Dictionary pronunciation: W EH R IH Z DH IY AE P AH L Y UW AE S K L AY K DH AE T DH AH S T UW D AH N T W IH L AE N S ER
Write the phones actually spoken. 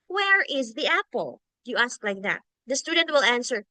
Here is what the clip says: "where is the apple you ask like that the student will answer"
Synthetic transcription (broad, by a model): W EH R IH Z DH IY AE P AH L Y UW AE S K L AY K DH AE T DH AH S T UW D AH N T W IH L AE N S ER